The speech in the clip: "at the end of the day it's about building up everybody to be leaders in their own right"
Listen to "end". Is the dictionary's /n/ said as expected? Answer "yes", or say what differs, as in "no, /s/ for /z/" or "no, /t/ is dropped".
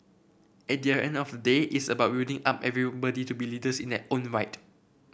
yes